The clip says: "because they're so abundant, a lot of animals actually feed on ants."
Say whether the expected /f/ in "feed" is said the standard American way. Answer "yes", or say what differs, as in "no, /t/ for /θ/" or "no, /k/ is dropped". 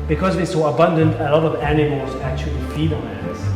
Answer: no, /p/ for /f/